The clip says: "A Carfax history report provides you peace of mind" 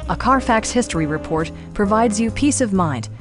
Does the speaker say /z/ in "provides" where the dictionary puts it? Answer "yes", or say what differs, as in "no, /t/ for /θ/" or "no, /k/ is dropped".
yes